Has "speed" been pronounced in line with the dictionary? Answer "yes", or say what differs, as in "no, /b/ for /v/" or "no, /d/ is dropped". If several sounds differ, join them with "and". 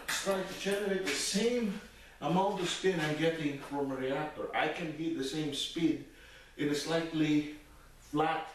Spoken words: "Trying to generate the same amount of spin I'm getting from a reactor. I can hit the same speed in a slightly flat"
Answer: yes